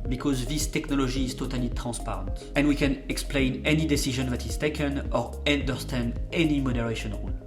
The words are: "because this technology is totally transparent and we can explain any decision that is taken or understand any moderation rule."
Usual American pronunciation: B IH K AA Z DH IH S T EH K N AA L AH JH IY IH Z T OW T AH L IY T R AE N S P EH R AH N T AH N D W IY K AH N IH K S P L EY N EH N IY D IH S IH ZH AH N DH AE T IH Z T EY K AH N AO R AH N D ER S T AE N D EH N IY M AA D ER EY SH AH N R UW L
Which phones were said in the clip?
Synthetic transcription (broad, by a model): B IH K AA Z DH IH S T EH K N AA L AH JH IY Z T OW T AH L IY T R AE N S P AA R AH N T AH N D W IY K AH N IH K S P L EY N EH N IY D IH S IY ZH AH N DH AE T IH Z T EY K AH N AO R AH N D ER S T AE N D EH N IY M AA D ER EY SH AH N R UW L